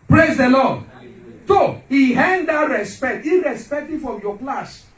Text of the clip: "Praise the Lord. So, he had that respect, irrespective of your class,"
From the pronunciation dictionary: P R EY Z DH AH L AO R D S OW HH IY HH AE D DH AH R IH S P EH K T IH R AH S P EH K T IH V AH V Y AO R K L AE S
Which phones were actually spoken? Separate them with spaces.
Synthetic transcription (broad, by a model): P R EY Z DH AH L AO D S OW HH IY HH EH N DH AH R IH S P EH K T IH R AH S P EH K T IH F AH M Y AO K L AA S